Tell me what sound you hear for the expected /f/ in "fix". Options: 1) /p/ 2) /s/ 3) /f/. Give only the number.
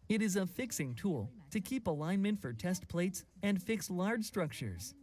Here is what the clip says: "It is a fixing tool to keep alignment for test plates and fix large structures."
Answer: 3